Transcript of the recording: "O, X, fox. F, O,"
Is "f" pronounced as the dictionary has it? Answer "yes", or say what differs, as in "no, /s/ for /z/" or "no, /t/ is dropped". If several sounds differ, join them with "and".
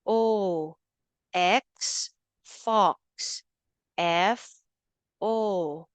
yes